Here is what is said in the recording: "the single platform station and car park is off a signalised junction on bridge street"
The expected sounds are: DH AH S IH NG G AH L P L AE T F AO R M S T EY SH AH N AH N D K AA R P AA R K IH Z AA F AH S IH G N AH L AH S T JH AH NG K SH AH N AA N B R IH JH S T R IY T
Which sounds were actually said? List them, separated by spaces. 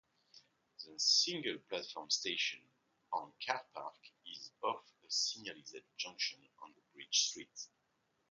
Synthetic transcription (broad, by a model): DH AH S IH NG G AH L P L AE T F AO R M S T EY SH AH N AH N K AA R P AA R K IH Z AA F AH S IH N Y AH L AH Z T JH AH NG K SH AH N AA N B R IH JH S T R IY T